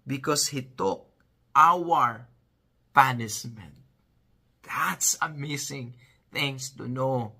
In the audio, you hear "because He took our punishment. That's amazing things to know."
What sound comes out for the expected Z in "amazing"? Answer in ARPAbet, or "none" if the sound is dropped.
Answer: S